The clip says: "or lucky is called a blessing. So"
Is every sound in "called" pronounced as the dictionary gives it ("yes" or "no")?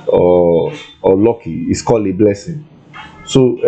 no